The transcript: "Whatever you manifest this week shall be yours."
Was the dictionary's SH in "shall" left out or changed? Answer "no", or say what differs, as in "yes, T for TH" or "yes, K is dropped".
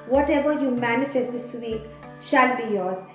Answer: no